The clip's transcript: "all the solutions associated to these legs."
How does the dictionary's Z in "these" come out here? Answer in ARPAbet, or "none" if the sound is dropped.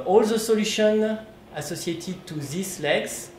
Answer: S